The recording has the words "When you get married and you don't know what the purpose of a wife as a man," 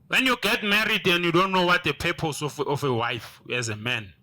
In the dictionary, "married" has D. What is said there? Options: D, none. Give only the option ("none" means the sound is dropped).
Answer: D